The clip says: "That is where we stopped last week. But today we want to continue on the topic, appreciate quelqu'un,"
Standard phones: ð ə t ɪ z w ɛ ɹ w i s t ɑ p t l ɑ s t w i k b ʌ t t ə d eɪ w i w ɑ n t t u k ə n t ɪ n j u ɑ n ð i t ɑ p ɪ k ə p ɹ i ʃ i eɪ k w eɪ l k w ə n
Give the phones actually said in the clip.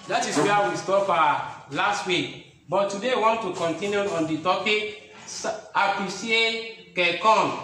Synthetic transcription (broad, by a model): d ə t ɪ s w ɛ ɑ w i s t ɑ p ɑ l ɑ s t w i k b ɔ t t ə d eɪ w w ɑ n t t u k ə n t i n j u ɑ n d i t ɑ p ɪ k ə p i s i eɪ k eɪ k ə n